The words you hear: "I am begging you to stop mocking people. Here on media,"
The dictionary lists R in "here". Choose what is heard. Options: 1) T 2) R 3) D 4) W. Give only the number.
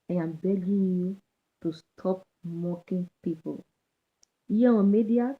4